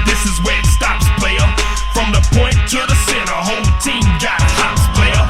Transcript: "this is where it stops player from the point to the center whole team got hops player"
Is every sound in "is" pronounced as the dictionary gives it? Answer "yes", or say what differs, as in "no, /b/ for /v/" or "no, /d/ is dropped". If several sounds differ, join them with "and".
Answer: yes